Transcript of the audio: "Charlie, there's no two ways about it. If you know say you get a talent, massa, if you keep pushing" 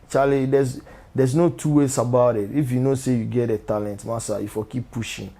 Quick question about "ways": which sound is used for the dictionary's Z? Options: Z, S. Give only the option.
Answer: S